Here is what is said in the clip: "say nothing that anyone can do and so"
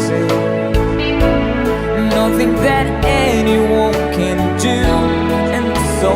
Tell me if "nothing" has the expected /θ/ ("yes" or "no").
yes